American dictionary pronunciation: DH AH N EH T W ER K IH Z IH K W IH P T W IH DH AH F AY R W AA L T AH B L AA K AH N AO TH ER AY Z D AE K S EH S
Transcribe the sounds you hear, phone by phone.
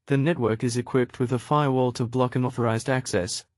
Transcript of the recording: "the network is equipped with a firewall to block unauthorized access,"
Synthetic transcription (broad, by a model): DH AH N EH T W ER K IH Z IH K W IH P T W IH DH AH F AY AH W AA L T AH B L AA K AH N AO TH ER AY Z D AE K S EH S